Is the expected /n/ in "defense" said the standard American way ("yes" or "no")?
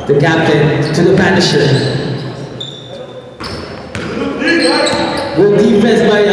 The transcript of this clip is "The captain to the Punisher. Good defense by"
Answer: no